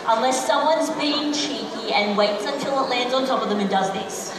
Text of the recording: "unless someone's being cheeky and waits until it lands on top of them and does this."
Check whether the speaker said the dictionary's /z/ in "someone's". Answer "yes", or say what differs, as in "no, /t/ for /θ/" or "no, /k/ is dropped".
yes